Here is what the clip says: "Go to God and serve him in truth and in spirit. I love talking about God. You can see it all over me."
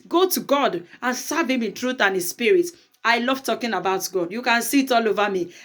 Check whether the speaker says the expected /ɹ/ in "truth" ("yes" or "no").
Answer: yes